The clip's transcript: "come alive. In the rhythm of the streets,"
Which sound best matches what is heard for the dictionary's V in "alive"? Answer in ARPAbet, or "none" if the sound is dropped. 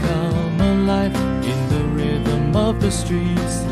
F